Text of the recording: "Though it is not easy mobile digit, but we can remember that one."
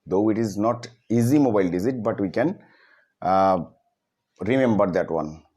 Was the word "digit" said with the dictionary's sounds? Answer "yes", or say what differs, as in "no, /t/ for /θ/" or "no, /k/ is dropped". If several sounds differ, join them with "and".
no, /z/ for /dʒ/